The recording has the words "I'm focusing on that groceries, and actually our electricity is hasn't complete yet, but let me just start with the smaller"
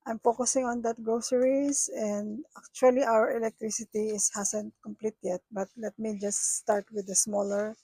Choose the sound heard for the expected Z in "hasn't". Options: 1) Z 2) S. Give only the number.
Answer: 2